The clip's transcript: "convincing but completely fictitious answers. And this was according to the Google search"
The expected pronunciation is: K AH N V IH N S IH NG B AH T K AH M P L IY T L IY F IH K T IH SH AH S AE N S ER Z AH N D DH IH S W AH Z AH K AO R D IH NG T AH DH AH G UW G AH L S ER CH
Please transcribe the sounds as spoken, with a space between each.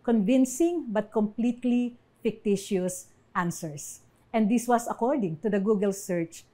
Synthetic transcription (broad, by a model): K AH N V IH N S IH NG B AH T K AH M P L IY T L IY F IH K T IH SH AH S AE N S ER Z AH N D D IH S W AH S AH K AO R D IH NG T AH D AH G UW G AH L S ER CH